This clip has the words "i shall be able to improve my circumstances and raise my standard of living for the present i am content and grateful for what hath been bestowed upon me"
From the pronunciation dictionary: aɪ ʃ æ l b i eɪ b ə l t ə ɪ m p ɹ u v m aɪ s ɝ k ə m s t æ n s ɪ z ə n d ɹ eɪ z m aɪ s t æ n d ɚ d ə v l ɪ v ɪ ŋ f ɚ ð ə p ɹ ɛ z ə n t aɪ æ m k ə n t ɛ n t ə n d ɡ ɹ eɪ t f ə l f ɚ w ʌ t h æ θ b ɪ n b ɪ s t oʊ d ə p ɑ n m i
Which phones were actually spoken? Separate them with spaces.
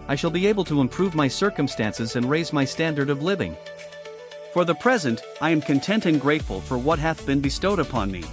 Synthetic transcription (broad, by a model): aɪ ʃ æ l b i eɪ b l t ə ɪ m p ɹ u v m aɪ s ɝ k ə m s t æ n s ɪ z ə n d ɹ eɪ z m aɪ s t æ n d ɚ d ə v l ɪ v ɪ ŋ f ɚ ð ə p ɹ ɛ z ə n t aɪ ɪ m k ə n t ɛ n t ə n ɡ ɹ eɪ t f ə l f ɚ w ʌ t h æ θ b ɪ n b ɪ s t oʊ d ə p ɑ n m i